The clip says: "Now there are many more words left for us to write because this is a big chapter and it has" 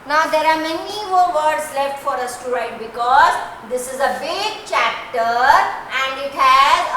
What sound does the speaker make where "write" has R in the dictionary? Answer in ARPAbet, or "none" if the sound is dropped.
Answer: R